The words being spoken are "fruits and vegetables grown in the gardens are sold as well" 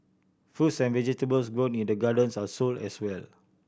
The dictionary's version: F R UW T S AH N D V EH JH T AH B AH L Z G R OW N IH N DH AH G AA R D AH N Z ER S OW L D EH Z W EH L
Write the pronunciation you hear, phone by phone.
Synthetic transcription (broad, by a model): F UW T S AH N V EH JH T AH B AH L S G R OW N IH N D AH G AA D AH N S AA S OW L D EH S W EH L